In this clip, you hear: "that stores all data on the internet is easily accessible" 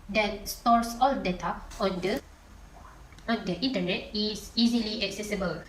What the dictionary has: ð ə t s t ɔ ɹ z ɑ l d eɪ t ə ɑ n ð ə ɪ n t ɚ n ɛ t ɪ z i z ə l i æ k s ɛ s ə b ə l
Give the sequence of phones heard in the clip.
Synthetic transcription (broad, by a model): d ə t s t ɔ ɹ s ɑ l d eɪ t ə ɑ n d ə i n t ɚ n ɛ t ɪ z i z ə l i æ k s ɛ s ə b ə l